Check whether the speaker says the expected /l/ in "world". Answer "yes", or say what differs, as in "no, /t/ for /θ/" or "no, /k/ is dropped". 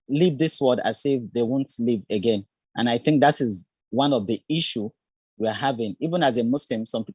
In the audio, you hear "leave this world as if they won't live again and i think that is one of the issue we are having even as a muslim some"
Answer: no, /l/ is dropped